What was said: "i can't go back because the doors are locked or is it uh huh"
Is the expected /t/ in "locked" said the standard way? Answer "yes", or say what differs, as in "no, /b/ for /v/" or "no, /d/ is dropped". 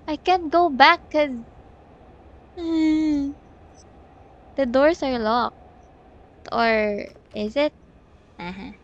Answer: yes